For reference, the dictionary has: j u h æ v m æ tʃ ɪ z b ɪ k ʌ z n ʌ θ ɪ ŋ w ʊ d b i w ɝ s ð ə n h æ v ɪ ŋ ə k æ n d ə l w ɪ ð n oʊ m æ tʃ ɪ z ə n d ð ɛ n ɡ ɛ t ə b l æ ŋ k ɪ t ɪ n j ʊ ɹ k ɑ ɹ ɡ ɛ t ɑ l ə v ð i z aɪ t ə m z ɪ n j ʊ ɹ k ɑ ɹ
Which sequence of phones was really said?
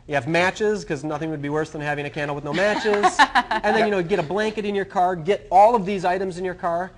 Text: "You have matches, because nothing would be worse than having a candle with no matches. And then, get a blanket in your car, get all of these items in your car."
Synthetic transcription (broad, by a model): j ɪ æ v m æ tʃ ɪ z k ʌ z n ʌ θ ɪ ŋ w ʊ d b i w ɝ s ð ə n h æ v ɪ ŋ ə k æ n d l w ɪ ð n oʊ m æ tʃ ɪ z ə n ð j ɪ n ɡ ɛ t ə b l æ ŋ k ɪ t ɪ n j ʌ ɹ k ɑ ɹ ɡ ɛ t ɑ l ə v ð i z aɪ t ə m z ɪ n j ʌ ɹ k ɑ ɹ